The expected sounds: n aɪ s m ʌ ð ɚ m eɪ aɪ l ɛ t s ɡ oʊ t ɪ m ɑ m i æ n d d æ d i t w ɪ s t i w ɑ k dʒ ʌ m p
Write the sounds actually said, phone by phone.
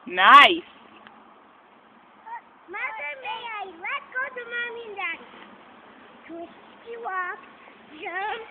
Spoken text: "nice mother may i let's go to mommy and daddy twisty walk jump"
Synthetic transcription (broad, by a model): n aɪ s m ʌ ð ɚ m eɪ aɪ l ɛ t ɡ oʊ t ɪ m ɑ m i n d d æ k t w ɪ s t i w ɑ k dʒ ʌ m